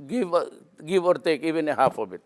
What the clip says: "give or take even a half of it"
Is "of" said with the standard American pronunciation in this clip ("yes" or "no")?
no